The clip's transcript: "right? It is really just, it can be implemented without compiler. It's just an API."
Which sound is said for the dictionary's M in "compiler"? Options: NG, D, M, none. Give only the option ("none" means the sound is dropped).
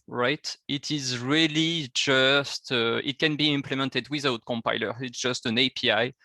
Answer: M